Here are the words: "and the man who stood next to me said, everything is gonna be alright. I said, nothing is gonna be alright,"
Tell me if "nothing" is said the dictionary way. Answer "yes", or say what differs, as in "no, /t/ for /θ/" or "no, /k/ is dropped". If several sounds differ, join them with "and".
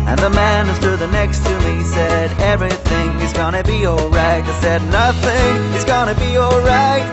yes